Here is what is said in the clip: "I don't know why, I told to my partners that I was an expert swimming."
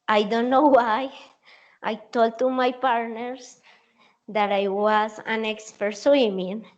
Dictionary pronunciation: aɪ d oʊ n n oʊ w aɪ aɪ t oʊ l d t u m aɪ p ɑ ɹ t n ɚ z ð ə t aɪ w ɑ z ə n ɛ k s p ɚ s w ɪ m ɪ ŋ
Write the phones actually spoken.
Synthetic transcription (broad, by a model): aɪ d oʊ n n oʊ w aɪ aɪ t oʊ l d t u m aɪ p ɑ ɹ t n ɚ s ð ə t aɪ w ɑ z ə n ɛ k s p ɚ s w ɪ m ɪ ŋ